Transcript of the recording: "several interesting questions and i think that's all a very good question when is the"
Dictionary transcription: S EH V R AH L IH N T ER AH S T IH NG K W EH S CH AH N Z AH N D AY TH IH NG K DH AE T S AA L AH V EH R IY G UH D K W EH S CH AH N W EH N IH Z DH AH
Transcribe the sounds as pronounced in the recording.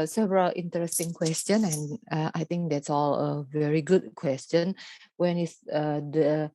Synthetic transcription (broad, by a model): S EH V R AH L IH N T ER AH S T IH NG K W EH S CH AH N AH N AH AY T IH NG K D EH T S AA L AH V EH R IY G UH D K W EH S CH AH N W EH N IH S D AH